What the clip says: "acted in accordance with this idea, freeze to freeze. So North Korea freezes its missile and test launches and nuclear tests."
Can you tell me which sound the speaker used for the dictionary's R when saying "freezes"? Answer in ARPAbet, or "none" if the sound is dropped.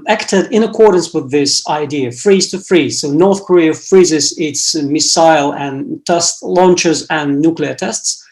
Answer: R